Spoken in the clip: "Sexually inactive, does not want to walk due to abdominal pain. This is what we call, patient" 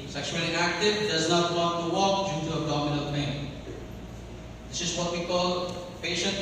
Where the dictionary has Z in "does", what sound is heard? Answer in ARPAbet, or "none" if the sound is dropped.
Z